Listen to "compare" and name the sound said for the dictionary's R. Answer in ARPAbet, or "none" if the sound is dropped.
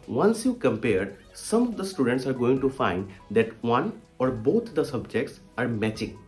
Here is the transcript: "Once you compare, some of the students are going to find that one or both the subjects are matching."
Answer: R